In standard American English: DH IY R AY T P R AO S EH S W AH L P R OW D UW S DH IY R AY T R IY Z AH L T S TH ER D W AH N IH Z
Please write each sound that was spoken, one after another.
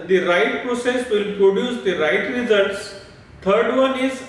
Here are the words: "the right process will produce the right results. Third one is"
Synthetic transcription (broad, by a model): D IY R AY T P R AO S EH S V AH L P R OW D UW S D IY R AY T R IY Z AH L T S T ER D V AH N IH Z